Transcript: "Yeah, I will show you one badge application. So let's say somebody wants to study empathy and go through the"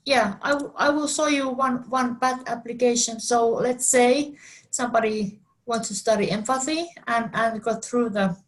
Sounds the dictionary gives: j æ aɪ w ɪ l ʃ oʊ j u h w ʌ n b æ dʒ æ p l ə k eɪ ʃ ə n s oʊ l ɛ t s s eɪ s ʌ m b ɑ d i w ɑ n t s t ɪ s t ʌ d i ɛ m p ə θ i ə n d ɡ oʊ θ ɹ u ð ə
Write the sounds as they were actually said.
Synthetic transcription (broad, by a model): j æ aɪ w ɪ l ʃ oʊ j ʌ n w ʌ n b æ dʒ æ p l ə k eɪ ʃ ə n s oʊ l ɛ t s s eɪ s ʌ m b ɑ d i w ɑ n t s t ɪ s t ʌ d i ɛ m f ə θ i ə n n ɡ oʊ θ ɹ u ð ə